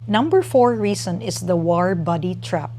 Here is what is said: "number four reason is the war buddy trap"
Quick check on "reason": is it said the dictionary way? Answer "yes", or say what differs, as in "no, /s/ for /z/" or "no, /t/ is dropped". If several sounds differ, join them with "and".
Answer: no, /s/ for /z/